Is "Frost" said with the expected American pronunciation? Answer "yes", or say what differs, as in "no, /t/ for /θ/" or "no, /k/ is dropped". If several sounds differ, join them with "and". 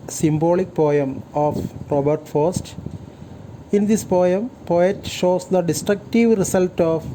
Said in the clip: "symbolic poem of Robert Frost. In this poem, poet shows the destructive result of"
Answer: no, /ɹ/ is dropped